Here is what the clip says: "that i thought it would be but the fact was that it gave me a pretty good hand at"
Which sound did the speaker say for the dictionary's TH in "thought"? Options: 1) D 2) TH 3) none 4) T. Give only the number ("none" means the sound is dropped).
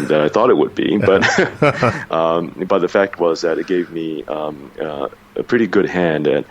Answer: 2